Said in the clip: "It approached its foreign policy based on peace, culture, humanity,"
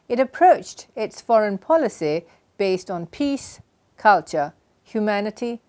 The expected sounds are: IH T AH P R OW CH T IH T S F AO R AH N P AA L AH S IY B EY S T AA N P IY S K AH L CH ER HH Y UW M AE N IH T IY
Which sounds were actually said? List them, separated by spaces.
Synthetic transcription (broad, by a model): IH T AH P R OW CH T IH T S F AO R AH N P AA L AH S IY B EY S T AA N P IY S K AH L CH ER HH Y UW M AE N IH T IY